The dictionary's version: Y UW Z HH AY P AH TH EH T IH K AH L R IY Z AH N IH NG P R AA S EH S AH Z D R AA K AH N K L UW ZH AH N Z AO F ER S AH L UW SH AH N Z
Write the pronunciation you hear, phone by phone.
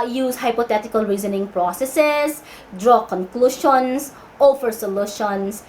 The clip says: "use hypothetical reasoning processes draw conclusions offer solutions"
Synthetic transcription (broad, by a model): Y UW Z HH AY P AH T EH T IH K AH L R IY Z AH N IH NG P R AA S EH S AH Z D R AA K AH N K L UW SH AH N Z AO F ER S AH L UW SH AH N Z